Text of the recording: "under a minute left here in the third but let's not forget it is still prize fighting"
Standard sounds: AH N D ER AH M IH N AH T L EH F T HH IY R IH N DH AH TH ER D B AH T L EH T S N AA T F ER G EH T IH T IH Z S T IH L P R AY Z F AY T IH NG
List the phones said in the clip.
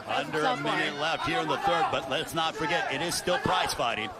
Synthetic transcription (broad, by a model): AH N D ER AH M IH N AH T L EH F T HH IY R IH N DH AH TH ER D B AH T L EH T S N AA T F ER G EH T IH T IH Z S T IH L P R AY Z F AY T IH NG